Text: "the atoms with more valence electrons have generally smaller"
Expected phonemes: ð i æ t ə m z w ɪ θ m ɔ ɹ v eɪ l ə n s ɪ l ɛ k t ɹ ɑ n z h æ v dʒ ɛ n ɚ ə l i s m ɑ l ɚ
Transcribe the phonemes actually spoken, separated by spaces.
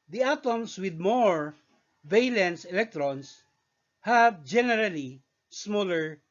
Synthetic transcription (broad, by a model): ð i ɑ t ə m s w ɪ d m ɔ ɹ v eɪ l ə n s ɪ l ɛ k t ɹ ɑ n s h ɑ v dʒ ɛ n ɚ ə l i s m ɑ l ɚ